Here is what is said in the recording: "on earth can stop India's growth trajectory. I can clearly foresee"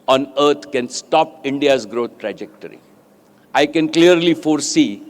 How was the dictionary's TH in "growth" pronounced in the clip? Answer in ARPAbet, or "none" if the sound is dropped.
T